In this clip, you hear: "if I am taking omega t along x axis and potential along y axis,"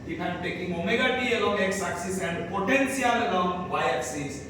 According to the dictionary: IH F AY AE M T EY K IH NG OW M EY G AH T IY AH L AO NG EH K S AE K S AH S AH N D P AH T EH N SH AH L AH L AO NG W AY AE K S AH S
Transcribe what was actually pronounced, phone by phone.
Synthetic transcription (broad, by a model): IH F AY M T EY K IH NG OW M EY G AH T IY AH L AO NG EH K S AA K S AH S AH N D P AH T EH N S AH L AH L AO NG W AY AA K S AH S